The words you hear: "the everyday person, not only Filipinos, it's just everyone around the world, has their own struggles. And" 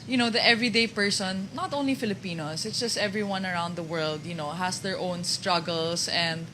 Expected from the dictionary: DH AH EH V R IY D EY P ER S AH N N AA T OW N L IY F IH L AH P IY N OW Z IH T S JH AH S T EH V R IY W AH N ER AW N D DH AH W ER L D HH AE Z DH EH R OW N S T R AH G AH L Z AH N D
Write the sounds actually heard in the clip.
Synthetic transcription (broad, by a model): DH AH EH V R IY D EY P ER S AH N N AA T OW N L IY F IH L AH P IY N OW S IH T S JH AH S T EH V R IY W AH N ER AW N D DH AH W ER L D HH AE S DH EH R OW N S T R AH G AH L S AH N D